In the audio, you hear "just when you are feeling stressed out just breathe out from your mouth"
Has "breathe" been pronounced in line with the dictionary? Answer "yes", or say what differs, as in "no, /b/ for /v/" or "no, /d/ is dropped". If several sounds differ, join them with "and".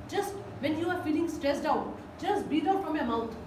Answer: no, /ɹ/ is dropped